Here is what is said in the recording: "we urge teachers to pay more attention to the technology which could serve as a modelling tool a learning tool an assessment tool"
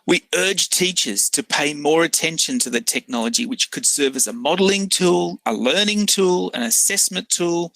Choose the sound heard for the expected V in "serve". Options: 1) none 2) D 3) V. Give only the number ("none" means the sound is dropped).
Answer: 3